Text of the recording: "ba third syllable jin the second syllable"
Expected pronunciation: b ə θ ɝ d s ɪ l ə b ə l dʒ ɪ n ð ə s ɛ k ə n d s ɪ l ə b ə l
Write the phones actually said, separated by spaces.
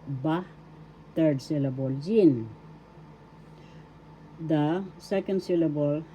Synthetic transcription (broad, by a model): b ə t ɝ d s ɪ l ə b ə l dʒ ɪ n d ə s ɛ k ə n d s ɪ l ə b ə l